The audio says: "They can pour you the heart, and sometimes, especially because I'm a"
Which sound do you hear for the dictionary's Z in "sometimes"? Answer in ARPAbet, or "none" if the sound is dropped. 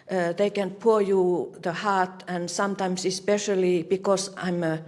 S